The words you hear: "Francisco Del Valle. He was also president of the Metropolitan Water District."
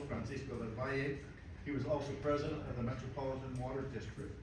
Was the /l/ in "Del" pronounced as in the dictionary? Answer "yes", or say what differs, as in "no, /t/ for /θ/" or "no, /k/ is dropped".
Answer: no, /n/ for /l/